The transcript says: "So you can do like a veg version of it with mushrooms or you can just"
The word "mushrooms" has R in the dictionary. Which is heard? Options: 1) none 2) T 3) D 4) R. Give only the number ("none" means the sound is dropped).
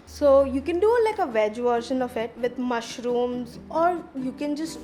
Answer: 4